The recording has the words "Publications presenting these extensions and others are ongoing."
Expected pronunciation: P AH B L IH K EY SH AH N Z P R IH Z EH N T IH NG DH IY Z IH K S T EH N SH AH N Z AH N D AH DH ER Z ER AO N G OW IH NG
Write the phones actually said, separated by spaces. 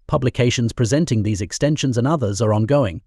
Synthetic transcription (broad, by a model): P AH B L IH K EY SH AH N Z P R IH Z EH N T IH NG DH IY Z IH K S T EH N SH AH N Z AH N AH DH ER Z ER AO N G OW IH NG